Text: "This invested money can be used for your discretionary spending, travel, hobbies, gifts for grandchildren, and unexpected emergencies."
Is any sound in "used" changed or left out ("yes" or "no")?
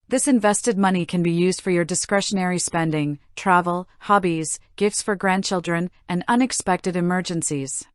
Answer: no